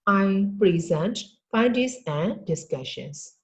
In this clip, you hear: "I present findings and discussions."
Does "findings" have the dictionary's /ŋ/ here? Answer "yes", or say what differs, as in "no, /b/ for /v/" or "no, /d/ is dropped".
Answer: no, /ŋ/ is dropped